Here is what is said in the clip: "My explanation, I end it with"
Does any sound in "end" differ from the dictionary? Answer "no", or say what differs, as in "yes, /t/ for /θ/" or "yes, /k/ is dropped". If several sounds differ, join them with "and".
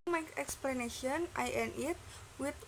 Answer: yes, /d/ is dropped